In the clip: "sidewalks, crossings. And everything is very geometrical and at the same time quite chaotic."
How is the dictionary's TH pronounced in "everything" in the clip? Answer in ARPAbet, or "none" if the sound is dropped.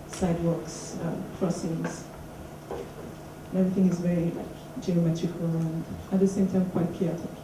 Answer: TH